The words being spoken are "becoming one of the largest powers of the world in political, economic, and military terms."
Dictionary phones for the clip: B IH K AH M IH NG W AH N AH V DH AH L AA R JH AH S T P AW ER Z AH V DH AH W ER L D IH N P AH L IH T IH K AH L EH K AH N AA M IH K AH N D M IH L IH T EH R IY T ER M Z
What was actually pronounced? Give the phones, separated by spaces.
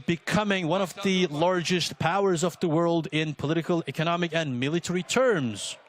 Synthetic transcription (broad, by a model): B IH K AH M IH NG W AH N AH V DH AH L AA R JH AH S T P AW ER Z AH V DH AH W ER L D IH N P AH L IH T IH K AH L EH K AH N AA M IH K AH N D M IH L IH T EH R IY T ER M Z